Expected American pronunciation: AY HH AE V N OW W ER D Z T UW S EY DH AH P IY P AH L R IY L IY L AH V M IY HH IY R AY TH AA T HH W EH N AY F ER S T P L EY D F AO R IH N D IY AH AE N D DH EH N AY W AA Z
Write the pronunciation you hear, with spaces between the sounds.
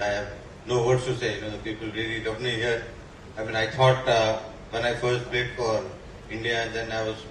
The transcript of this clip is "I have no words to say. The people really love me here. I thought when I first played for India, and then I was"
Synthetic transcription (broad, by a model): AY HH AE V N OW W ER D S T UW S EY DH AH P IY P AH L R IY L IY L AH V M IY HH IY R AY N AA T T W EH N AY F ER S T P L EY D F AO R IH N D IY AH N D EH N AY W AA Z